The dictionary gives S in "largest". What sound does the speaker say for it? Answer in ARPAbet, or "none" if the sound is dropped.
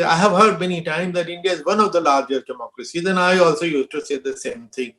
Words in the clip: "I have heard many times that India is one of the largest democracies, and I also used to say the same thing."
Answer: none